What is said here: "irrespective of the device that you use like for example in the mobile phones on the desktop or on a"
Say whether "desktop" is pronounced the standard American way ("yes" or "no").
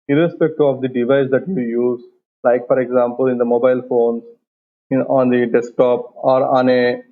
yes